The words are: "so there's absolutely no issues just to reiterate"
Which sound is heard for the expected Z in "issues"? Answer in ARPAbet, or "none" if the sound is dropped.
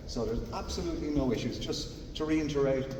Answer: Z